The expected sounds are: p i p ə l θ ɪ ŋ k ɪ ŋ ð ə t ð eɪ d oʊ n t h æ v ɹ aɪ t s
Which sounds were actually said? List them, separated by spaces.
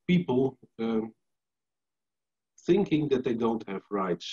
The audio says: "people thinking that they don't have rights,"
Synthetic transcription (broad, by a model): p i p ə θ ɪ ŋ k ɪ ŋ ð ə t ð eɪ d oʊ n t h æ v ɹ aɪ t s